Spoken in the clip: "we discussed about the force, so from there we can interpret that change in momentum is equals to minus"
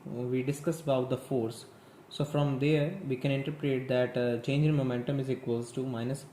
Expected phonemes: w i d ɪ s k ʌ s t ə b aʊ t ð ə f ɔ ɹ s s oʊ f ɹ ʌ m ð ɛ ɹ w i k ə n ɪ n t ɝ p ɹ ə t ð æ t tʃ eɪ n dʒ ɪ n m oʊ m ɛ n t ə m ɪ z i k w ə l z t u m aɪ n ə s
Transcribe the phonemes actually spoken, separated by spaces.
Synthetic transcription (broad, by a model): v i d ɪ s k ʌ s ə b aʊ t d ə f ɔ ɹ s s oʊ f ɹ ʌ m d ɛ ɹ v i k ə n ɪ n t ɝ p ɹ ə t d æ t tʃ eɪ n dʒ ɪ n m oʊ m ɛ n t ə m ɪ z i k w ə l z t u m aɪ n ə s